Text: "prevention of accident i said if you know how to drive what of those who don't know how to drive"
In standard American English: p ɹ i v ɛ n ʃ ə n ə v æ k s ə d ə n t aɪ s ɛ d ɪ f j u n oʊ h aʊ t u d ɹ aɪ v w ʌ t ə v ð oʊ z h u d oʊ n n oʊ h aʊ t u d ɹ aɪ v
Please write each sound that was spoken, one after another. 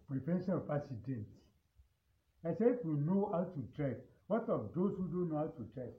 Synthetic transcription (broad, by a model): p ɹ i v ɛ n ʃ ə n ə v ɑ s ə d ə n t aɪ s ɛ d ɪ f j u n oʊ h aʊ t u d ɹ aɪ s w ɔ t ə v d oʊ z h u d oʊ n n oʊ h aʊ t u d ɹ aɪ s